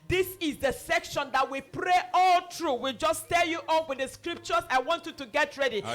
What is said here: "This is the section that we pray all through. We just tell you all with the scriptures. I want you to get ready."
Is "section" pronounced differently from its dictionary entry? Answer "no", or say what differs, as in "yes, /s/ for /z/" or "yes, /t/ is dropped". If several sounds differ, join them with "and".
no